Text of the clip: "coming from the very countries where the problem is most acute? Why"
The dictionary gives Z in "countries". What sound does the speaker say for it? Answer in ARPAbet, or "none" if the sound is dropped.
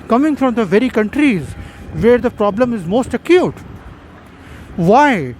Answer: Z